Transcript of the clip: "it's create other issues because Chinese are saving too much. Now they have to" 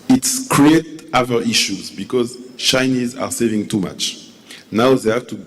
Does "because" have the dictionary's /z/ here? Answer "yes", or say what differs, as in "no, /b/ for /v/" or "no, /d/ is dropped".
yes